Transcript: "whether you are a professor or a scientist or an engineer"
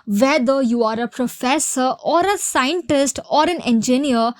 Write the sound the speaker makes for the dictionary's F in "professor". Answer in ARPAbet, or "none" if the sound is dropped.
F